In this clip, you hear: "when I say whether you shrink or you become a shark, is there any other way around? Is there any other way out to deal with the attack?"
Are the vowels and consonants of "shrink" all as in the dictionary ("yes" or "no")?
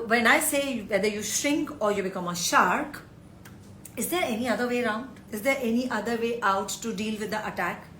yes